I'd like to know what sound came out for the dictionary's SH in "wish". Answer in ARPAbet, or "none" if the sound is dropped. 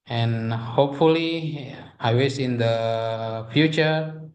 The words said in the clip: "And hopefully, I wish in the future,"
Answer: S